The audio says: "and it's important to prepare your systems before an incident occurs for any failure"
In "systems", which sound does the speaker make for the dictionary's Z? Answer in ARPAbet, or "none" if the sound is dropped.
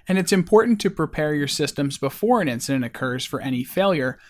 Z